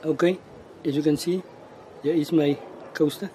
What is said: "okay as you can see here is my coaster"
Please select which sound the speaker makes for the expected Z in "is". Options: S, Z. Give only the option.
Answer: S